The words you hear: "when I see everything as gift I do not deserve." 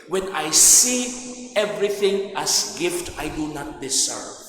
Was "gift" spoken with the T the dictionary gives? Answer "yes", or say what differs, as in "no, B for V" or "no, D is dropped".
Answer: yes